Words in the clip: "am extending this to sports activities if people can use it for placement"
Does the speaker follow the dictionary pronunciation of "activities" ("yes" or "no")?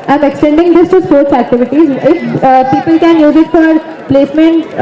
yes